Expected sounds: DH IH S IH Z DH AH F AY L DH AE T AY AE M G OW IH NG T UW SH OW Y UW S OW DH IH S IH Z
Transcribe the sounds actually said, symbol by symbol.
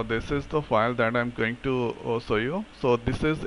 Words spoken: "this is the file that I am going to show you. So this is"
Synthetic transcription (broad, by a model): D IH S IH Z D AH F AY L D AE T AY M G OW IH NG T UW S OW Y UW S OW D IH S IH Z